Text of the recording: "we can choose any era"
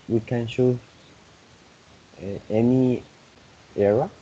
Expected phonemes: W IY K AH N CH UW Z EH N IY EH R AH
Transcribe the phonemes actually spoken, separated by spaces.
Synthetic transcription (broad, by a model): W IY K AH N SH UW EH N IY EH R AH